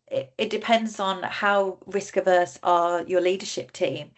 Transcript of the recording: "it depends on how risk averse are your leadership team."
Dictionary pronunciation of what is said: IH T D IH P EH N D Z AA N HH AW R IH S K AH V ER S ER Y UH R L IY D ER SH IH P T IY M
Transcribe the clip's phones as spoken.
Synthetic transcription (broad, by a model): IH T D IH P EH N D Z N HH AW R IH S K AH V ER S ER Y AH L IY D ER SH IH P T IY M